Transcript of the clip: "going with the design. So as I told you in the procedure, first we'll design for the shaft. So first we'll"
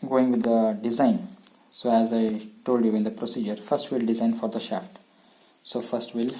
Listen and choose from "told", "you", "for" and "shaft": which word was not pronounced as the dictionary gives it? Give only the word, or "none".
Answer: none